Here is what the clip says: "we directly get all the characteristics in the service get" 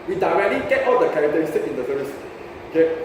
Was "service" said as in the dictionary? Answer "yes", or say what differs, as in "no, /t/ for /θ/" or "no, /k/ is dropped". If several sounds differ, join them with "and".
no, /v/ is dropped